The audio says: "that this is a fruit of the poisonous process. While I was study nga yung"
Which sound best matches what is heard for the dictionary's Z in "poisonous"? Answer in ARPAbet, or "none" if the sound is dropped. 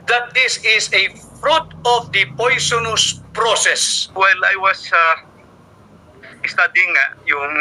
S